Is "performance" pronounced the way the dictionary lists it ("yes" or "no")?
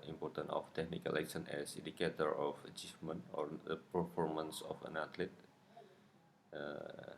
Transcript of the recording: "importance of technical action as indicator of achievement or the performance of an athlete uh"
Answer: yes